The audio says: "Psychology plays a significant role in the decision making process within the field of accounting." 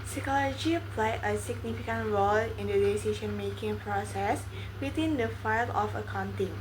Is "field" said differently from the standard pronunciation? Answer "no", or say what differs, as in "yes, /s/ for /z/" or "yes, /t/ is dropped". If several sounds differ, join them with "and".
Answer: yes, /d/ is dropped